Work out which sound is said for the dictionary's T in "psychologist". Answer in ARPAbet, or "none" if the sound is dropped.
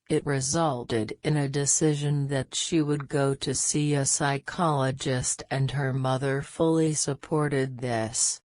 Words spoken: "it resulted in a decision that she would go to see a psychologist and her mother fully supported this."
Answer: T